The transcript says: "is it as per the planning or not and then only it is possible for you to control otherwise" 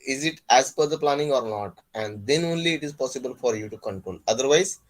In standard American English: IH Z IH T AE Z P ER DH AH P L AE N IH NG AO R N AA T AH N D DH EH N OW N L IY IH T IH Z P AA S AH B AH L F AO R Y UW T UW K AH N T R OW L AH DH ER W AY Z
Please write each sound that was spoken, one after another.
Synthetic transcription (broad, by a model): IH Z IH T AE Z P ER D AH P L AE N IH NG AO R N AA T AH N D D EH N OW N L IY IH T IH Z P AA S AH B AH L F AO R Y UW T UW K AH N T OW N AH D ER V AY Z